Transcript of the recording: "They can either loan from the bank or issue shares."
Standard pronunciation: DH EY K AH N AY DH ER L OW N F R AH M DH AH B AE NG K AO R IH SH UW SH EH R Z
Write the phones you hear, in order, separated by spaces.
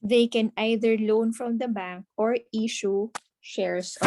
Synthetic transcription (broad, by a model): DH EY K AH N AY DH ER L OW N F R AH M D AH B AE NG K AO R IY SH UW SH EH R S